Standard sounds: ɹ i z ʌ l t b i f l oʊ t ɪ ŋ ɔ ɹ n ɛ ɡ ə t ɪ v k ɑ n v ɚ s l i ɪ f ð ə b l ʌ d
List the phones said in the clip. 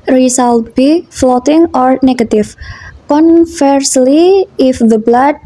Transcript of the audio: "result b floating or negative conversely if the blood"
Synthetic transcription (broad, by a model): ɹ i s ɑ l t b i f l oʊ t ɪ ŋ ɔ ɹ n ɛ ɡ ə t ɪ f k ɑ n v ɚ s l i ɪ f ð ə b l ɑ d